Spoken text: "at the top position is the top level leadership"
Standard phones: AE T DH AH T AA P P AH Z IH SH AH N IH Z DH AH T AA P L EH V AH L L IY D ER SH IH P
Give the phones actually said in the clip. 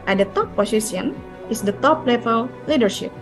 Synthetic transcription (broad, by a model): T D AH T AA P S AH S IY AH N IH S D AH T AA P L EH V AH L L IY D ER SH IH P